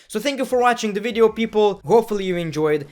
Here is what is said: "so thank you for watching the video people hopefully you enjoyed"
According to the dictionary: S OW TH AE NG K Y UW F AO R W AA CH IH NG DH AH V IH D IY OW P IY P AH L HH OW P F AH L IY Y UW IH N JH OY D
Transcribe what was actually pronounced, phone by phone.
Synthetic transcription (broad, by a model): S OW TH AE NG K Y UW F AO R W AA CH IH NG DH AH V IH D IY OW P IY P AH L HH OW P F AH L IY Y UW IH N JH OY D